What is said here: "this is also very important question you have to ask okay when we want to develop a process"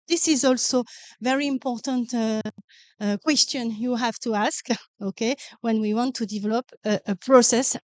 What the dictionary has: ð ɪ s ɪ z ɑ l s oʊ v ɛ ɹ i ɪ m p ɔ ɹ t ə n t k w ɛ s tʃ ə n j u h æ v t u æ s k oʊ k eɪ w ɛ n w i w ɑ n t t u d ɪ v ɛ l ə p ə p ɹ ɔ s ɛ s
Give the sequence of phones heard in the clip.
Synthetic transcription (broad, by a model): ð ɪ s ɪ z ɑ l s oʊ v ɛ ɹ i ɪ m p ɔ ɹ t ə n t k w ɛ s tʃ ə n j u h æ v t u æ s k oʊ k eɪ w ɛ n w i w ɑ n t t u d ɪ v ɛ l ə p ə p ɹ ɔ s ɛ s